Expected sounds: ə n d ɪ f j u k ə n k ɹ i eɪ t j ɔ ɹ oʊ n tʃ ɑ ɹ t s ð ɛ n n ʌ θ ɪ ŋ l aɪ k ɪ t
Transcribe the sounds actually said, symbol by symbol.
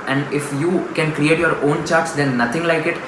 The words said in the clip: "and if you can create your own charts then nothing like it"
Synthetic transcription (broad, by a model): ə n d ɪ f j u k ə n k ɹ i eɪ t j ɔ ɹ oʊ n tʃ ɑ ɹ t s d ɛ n n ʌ t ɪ ŋ l aɪ k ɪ t